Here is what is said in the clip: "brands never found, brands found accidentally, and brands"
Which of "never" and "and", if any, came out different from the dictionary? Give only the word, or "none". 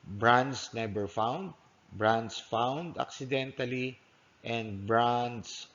never